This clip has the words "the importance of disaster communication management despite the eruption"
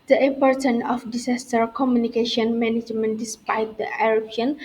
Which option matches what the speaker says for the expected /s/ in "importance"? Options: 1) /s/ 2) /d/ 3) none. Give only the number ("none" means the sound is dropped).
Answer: 3